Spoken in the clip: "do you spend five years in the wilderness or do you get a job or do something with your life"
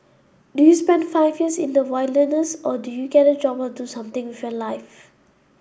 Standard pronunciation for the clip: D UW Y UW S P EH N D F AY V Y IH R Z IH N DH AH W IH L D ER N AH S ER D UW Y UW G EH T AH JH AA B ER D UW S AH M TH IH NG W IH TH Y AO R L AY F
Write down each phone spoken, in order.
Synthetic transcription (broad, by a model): D UW Y UW S P EH N D F AY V Y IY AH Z IH N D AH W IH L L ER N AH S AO D UW Y UW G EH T AH JH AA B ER D UW S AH M T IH NG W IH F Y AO L AY F